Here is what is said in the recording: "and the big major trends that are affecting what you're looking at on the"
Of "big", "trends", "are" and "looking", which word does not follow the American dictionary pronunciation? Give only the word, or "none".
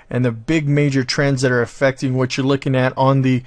none